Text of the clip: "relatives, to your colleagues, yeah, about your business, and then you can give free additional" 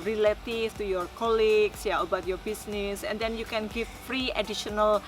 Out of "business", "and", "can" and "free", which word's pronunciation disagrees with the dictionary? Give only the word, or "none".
business